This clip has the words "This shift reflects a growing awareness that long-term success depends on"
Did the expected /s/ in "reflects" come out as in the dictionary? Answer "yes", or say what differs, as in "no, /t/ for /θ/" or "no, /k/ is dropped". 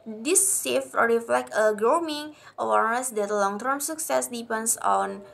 no, /s/ is dropped